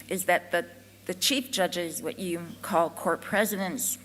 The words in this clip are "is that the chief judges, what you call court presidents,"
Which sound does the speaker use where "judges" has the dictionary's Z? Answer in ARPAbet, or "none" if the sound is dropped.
Z